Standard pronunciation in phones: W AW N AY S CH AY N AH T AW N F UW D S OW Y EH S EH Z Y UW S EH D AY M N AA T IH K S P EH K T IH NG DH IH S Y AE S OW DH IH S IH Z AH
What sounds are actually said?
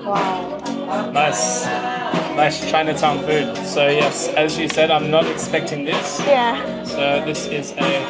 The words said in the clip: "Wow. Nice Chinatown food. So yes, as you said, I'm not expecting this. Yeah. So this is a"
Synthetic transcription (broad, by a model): W AW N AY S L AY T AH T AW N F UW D S OW Y EH S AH Z Y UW S EH D AY M N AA T IH K S P EH K T IH NG DH IH S Y AE S OW DH IH S IH Z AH